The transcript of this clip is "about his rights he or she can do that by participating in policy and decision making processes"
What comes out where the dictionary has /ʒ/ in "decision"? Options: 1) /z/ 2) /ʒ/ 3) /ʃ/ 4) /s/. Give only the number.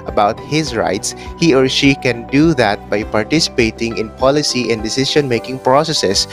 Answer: 3